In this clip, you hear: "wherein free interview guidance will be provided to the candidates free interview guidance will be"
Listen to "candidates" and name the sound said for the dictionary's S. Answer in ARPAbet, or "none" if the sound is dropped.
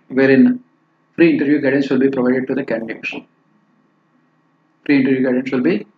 SH